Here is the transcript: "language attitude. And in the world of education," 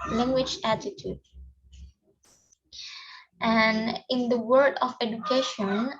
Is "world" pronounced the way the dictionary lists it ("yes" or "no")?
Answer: no